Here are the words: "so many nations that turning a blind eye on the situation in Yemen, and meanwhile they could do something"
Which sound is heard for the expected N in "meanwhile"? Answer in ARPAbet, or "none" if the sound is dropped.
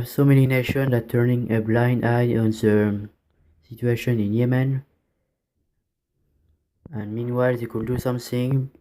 N